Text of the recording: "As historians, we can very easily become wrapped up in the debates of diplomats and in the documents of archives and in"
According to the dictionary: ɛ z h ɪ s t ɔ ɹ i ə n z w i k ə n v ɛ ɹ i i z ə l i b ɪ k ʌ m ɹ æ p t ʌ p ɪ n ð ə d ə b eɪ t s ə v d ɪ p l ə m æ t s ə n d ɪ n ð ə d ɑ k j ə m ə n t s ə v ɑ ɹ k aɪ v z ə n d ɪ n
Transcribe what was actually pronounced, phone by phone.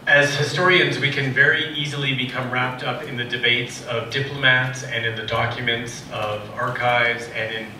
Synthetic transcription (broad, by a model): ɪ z h ɪ s t ɔ ɹ i ə n z w i k ə n v ɛ ɹ i i z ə l i b ɪ k ʌ m ɹ æ p t ʌ p ɪ n ð ə d ə b eɪ t s ə v d ɪ p l ə m æ t s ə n ɪ n ð ə d ɑ k j ə m ə n t s ə v ɑ ɹ k aɪ v z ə n ɪ n